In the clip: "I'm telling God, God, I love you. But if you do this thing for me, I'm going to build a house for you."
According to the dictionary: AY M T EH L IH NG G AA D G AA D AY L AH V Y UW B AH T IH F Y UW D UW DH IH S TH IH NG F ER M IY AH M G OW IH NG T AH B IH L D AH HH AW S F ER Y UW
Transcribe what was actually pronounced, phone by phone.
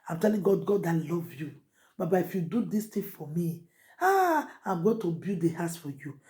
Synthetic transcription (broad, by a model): AY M T EH L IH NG G AA D G AA D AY L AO V Y UW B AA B IH F Y UW D UW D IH S T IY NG F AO M IY AH M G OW T AH B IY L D AH HH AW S F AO Y UW